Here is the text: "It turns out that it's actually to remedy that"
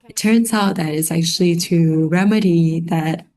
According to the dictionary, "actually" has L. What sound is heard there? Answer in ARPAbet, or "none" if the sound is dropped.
L